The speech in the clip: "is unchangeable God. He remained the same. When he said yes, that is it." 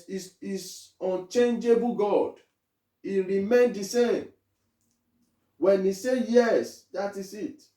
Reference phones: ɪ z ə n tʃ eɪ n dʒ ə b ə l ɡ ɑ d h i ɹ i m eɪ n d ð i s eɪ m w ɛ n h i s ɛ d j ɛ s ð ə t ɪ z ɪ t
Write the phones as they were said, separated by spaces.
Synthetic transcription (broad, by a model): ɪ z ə n tʃ eɪ n dʒ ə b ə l ɡ ɑ d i ɹ i m eɪ n d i s eɪ m w ɛ n i s ɛ j ɛ s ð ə t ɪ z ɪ t